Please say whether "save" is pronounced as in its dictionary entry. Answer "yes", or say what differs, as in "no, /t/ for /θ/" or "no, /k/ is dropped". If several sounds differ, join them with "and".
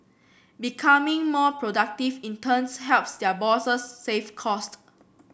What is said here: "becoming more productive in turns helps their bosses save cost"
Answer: no, /f/ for /v/